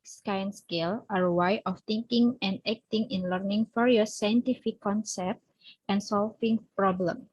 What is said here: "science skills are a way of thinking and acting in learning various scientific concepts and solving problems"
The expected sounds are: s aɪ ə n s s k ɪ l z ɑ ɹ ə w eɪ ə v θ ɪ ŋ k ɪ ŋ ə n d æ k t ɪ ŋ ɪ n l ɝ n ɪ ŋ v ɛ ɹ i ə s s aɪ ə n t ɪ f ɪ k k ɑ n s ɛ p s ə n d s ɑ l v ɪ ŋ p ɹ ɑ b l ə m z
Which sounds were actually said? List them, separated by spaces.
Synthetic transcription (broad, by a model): s aɪ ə n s s k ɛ l ɑ ɹ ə w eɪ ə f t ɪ ŋ k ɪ ŋ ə n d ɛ k t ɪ ŋ ɪ n l ɝ n ɪ ŋ f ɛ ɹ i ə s s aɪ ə n t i f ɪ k k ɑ n s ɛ p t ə n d s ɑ l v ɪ ŋ p ɹ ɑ b l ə m